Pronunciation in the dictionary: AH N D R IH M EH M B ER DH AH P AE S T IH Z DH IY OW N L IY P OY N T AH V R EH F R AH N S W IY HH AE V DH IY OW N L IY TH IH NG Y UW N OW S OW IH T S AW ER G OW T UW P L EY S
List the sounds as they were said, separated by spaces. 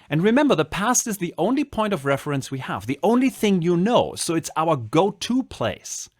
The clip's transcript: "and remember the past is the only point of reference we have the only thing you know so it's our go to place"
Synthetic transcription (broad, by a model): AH N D R IH M EH M B ER DH AH P AE S T IH Z DH IY OW N L IY P OY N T AH V R EH F R AH N S W IY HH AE V DH IY OW N L IY TH IH NG Y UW N OW S OW IH T S AW ER G OW T UW P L EY S